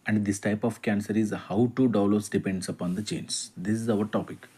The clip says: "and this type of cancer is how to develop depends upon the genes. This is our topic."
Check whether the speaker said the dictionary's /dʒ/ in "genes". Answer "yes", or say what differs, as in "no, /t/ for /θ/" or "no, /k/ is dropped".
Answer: no, /tʃ/ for /dʒ/